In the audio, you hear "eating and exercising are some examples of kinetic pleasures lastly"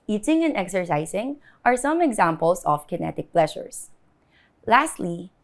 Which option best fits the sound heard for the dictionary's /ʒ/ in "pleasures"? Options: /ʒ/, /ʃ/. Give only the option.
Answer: /ʃ/